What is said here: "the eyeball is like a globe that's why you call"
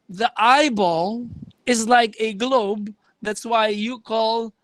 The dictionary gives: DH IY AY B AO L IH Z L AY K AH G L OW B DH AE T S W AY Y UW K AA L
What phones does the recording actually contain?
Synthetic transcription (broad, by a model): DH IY AY B AO L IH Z L AY K AH G L OW B DH AE T S W AY Y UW K AA L